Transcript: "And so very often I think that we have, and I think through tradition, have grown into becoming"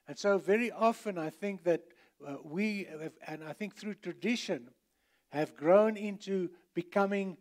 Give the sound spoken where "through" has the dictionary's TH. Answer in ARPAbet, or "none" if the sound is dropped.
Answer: TH